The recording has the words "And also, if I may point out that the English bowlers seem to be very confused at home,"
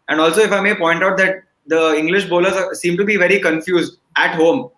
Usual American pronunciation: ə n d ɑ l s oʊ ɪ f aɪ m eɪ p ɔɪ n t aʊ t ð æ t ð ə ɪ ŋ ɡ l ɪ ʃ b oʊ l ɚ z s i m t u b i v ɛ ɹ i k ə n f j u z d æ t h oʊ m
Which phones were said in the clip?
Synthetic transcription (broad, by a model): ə n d ɑ l s oʊ ɪ f aɪ m eɪ p ɔɪ n t aʊ t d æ t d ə ɪ ŋ ɡ l ɪ ʃ b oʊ l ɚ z s i m t u b i v ɛ ɹ i k ə n f j u z d æ t h oʊ m